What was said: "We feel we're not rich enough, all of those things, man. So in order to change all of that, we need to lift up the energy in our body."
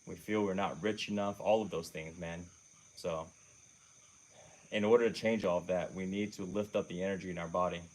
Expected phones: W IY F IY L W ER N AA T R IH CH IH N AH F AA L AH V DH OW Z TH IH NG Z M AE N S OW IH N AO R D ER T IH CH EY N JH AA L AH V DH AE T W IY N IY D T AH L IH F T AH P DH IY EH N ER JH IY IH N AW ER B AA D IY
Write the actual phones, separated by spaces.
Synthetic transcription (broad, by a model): W IY F IY L W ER N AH T R IH CH IH N AH F AA L AH V DH OW Z TH IH NG Z M AE N S OW IH N AO R D ER T IH CH EY N JH AA L AH V DH AE T W IY N IY D T AH L IH F T AH P DH IY EH N ER JH IY IH N AW ER B AA D IY